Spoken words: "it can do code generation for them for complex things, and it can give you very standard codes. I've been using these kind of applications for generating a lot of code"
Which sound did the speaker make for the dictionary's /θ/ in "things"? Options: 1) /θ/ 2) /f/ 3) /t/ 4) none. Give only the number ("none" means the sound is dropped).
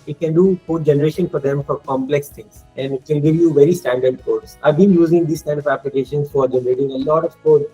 3